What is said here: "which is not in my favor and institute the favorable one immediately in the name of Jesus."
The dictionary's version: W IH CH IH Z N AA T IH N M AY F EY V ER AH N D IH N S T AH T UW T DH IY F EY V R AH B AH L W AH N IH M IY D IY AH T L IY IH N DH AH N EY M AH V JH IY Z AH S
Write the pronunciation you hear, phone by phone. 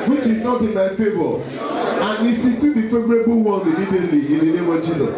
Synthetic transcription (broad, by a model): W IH CH IH Z N AA T IH N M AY F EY B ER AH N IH S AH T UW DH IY F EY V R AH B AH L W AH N IH M IY D IY AH T L IY IH N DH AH N EY M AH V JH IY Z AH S